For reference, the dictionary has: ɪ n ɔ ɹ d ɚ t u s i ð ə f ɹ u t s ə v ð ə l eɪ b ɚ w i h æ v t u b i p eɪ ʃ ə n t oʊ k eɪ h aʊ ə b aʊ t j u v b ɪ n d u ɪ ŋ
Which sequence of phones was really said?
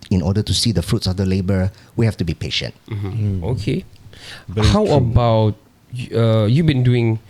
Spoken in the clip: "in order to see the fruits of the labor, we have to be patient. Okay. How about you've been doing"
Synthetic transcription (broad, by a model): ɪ n ɔ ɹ d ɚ t u s i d ə f ɹ u t s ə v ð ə l eɪ b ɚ w i h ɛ f t u b i p eɪ ʃ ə n t oʊ k eɪ h aʊ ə b aʊ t j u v b ɪ n d u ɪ ŋ